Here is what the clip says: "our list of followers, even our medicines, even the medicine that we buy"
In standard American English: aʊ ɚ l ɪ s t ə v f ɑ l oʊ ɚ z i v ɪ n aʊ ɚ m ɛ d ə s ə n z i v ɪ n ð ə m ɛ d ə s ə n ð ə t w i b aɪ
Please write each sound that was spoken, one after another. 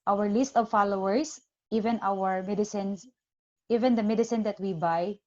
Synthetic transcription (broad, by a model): aʊ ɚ l ɪ s t ə v f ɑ l oʊ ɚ s i v ɪ n aʊ ɚ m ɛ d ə s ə n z i v ɪ n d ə m ɛ d ə s ə n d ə t w i b aɪ